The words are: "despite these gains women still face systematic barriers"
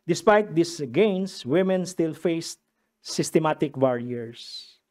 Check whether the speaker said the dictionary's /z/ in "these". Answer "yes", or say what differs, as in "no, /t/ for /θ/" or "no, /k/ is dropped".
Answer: no, /s/ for /z/